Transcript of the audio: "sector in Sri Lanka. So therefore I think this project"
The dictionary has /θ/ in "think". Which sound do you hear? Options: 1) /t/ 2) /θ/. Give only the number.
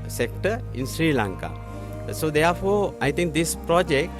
1